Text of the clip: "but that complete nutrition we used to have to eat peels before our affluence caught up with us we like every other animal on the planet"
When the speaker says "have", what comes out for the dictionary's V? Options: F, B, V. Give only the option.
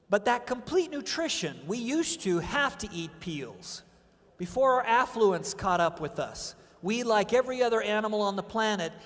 F